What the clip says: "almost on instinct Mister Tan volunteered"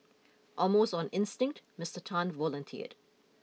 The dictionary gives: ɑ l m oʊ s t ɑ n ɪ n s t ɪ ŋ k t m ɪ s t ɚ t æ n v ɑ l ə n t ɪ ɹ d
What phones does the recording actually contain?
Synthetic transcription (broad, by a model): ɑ m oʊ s ɑ n ɪ n s t ɪ ŋ k t m ɪ s t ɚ t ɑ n v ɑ l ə n t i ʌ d